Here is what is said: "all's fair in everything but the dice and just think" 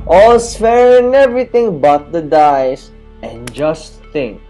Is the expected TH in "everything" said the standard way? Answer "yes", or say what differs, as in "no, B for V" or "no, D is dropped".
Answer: no, T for TH